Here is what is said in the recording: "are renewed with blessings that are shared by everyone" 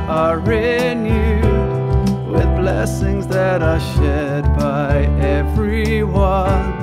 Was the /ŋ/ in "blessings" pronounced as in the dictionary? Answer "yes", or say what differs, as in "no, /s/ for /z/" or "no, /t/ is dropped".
yes